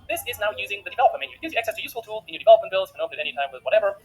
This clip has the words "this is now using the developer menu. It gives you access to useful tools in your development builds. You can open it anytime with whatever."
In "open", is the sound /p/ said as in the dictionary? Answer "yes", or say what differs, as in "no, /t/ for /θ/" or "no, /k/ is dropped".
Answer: no, /p/ is dropped